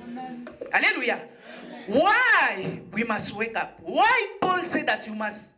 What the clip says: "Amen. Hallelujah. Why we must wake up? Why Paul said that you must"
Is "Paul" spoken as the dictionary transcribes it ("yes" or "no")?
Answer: yes